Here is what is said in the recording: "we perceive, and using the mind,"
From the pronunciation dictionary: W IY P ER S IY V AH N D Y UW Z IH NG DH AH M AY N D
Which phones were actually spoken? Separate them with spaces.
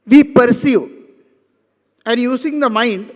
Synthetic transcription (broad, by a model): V IY P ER S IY AH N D Y UW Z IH NG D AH M AY N D